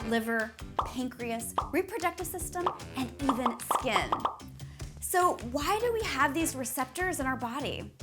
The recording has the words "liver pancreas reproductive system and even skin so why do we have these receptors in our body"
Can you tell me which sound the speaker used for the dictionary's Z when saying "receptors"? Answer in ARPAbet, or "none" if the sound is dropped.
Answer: Z